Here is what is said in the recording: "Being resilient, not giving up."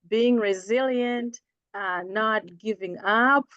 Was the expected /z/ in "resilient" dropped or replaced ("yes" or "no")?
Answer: no